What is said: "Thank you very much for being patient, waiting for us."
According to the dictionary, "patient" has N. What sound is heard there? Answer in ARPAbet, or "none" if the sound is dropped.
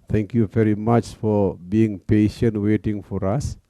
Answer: N